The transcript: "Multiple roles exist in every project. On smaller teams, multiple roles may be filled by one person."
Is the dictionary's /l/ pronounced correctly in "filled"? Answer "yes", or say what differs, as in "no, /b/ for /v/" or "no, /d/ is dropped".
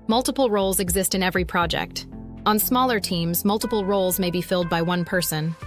yes